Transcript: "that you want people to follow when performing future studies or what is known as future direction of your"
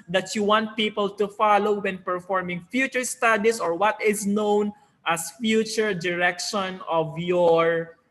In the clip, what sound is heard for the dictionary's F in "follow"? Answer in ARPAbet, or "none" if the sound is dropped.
F